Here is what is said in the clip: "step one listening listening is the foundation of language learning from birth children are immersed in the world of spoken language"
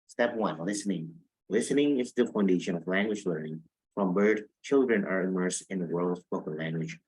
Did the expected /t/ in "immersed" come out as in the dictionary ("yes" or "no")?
no